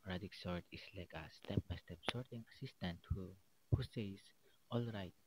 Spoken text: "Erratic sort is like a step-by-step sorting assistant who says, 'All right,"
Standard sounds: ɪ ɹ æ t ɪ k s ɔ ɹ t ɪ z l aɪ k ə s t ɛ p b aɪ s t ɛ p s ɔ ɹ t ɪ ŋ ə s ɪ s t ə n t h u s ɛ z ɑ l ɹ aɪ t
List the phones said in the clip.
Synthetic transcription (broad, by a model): ɹ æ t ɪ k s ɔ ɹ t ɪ s l aɪ k ə s t ɛ p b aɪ s t ɛ p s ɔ ɹ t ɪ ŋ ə s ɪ s t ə n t h u s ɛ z ɑ l ɹ aɪ t